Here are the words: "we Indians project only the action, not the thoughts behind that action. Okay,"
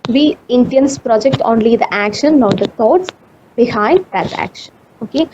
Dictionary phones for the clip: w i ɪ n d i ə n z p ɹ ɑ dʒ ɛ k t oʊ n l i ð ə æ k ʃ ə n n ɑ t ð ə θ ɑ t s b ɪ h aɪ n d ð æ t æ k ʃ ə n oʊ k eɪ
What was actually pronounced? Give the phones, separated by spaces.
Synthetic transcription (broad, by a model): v i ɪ n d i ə n s p ɹ ɑ dʒ ɛ k t oʊ n l i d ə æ k ʃ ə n n ɑ t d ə t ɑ t s b ɪ h aɪ n d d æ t æ k ʃ ə n oʊ k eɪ